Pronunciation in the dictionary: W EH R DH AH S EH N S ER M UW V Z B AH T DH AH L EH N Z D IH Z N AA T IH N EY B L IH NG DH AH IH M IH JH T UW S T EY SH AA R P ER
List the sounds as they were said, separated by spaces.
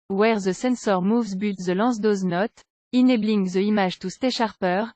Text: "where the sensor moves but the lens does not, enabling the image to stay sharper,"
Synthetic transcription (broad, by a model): W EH R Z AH S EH N S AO M UW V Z B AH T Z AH L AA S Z D IH Z N AA T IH N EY B L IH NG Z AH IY M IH ZH T UW S T EY SH AA R P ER